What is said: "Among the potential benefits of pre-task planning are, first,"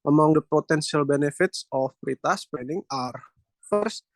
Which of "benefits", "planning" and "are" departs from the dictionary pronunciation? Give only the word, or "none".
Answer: planning